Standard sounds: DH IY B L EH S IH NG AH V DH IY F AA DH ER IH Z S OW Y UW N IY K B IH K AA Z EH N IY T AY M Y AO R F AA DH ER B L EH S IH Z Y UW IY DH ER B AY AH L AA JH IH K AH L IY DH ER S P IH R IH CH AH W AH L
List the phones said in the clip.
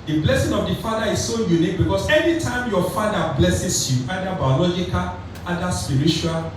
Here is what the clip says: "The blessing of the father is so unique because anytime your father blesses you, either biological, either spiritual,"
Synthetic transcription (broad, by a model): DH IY B L EH S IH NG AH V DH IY F AA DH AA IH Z S OW Y UW N IY K B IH K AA S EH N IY T AY M Y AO F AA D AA B L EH S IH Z Y UW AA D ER B AY AH L AA JH IH K AH L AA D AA S P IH R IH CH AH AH L